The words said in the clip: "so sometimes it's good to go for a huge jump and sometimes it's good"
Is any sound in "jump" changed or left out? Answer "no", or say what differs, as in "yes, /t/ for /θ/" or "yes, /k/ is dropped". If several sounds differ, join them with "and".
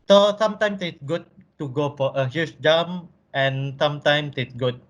yes, /p/ is dropped